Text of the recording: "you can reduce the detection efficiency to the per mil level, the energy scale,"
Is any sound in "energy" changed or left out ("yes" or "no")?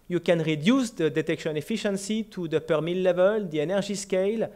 yes